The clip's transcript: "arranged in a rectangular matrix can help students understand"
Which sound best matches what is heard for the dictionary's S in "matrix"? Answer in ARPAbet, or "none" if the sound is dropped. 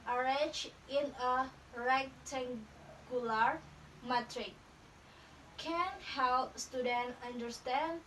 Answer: none